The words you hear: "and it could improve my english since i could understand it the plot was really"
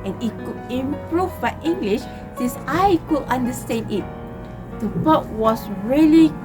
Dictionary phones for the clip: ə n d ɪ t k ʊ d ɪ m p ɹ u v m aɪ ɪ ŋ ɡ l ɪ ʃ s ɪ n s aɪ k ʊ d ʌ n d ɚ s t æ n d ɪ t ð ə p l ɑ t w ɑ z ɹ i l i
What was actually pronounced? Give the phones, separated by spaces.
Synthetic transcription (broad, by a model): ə n ɪ t k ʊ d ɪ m p ɹ u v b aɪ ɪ ŋ ɡ l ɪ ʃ s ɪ n s aɪ k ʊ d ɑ n d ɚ s t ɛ n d ɪ t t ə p ɑ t w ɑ s ɹ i l i